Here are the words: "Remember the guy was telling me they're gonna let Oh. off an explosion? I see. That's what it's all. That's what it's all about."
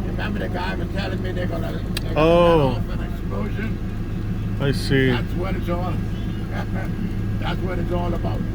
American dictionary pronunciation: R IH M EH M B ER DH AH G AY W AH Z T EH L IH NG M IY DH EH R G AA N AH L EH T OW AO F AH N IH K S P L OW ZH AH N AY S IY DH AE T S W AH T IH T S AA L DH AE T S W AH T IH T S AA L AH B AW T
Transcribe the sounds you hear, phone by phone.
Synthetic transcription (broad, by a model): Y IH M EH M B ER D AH G AY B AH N T EH L IH NG M IY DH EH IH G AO AH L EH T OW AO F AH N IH K S P L OW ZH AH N AY S IY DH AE T S W AH T IH T S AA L DH AE T S W AH T IH T S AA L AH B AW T